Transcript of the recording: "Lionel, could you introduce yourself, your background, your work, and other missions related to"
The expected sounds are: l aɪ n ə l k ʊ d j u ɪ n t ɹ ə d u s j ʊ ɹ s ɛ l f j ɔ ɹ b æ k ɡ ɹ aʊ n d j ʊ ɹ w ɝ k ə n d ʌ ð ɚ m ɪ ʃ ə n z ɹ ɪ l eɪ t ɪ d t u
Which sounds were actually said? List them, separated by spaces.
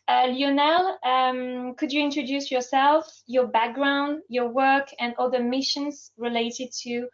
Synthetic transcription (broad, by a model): l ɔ n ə l k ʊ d j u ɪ n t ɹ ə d u s j ʊ ɹ s ɛ l f j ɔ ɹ b æ k ɡ ɹ aʊ n d j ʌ ɹ w ɝ k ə n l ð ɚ m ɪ ʃ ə n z ɹ ɪ l eɪ t ɪ d t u